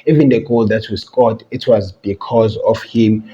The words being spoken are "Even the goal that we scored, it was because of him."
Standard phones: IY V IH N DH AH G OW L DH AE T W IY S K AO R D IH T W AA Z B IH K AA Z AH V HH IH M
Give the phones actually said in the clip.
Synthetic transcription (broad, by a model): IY V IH N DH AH G OW L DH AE T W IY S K AO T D IH T W AA Z B IH K AA Z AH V HH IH M